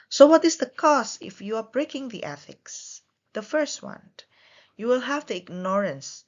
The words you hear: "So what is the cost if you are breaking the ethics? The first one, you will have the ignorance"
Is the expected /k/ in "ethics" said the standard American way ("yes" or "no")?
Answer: yes